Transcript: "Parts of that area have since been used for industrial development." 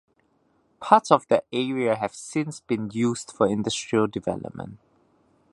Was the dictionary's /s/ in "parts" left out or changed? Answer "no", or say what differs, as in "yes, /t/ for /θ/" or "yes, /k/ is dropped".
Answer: yes, /s/ is dropped